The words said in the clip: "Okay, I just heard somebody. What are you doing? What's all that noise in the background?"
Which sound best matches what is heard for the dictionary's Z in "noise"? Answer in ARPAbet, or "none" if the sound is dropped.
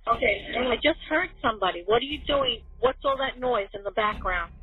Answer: Z